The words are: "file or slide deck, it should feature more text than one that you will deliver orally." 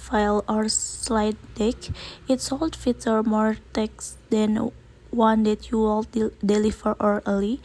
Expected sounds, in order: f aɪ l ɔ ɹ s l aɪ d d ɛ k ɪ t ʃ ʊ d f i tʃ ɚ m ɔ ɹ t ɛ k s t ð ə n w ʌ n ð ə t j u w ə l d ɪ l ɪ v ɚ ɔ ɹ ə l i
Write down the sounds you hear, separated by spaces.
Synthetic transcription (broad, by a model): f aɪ l ɔ ɹ s l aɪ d d ɛ k ɪ t s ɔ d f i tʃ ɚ m ɔ ɹ t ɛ k s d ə n w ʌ n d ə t j u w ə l d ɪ l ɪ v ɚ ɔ ɹ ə l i